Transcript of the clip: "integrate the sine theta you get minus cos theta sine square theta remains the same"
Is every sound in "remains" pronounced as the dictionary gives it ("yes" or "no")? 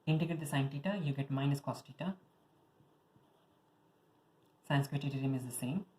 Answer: no